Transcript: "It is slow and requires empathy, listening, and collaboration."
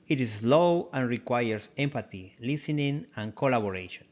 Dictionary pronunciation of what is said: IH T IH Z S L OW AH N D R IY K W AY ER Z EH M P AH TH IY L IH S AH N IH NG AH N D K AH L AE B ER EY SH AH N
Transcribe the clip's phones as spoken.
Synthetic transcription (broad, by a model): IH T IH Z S L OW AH N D R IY K W AY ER S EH M P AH T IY L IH S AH N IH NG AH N K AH L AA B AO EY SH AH N